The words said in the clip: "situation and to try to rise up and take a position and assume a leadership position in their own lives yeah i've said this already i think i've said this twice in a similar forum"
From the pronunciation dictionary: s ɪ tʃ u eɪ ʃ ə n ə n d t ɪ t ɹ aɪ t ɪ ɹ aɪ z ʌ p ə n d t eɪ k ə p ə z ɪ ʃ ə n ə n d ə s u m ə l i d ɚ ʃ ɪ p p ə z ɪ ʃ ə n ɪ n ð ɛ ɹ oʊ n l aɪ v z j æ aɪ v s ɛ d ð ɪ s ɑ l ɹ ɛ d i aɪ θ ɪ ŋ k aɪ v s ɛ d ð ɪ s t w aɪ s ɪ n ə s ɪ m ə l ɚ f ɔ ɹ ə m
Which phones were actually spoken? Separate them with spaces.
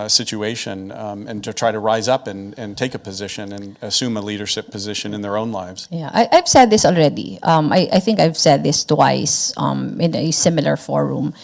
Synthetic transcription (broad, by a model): s ɪ tʃ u eɪ ʃ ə n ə n t ɪ t ɹ aɪ t ɪ ɹ aɪ z ʌ p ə n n t eɪ k ə p ə z ɪ ʃ ə n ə n ə s u m ə l i d ɚ ʃ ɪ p p ə z ɪ ʃ ə n ɪ n ð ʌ ɹ oʊ n l aɪ v z j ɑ aɪ v s ɛ d ð ɪ s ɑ l ɹ ɛ d i aɪ θ ɪ ŋ k aɪ v s ɛ d ð ɪ s t w aɪ s ɪ n ə s ɪ m ə l ɚ f ɔ ɹ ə m